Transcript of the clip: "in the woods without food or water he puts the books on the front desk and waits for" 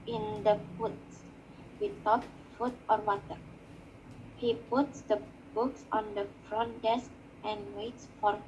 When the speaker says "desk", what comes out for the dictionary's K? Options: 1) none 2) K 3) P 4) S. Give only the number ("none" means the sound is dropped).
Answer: 2